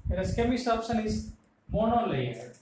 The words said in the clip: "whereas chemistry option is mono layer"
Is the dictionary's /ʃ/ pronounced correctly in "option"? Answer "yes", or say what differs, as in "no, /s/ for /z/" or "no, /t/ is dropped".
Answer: no, /s/ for /ʃ/